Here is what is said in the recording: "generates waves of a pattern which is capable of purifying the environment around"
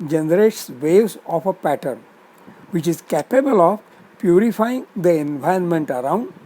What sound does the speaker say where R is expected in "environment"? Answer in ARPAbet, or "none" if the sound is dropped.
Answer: none